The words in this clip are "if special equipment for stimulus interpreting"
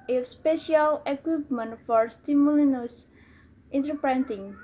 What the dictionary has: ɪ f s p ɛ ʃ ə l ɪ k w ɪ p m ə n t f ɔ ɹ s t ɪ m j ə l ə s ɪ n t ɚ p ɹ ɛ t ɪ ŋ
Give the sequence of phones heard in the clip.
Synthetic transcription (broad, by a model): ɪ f s p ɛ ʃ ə l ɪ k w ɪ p m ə n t f ɔ ɹ s t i m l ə n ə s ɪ n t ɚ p ɹ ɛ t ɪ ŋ